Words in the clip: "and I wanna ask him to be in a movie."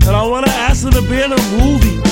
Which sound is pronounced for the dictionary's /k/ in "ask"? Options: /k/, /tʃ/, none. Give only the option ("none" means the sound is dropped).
none